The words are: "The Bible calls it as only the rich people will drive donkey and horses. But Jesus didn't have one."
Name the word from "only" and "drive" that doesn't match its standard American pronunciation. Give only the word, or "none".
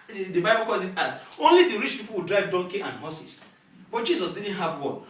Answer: none